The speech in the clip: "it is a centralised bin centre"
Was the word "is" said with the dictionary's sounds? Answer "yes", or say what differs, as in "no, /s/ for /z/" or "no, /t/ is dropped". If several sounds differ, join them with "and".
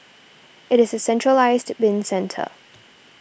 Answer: yes